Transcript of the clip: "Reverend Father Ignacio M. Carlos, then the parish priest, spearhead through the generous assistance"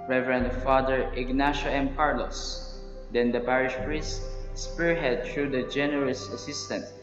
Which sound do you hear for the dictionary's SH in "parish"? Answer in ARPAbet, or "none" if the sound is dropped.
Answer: SH